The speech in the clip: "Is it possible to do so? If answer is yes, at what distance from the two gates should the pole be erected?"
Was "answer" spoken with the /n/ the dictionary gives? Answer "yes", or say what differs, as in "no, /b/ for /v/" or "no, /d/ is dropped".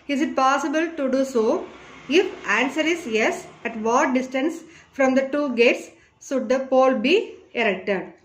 yes